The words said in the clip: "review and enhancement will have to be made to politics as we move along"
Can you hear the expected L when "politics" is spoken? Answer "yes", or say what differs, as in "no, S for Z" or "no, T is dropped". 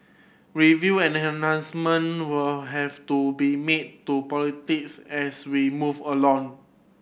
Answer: yes